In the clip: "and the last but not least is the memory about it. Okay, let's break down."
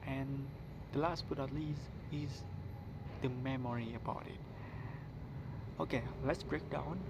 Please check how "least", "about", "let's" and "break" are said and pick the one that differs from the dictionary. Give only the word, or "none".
least